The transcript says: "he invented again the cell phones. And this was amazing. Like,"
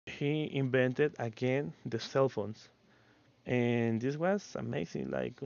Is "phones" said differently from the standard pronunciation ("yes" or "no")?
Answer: yes